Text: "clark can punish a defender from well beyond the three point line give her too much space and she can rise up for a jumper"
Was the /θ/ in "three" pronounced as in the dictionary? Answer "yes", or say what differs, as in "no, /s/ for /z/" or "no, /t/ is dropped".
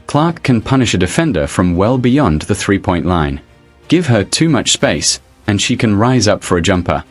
yes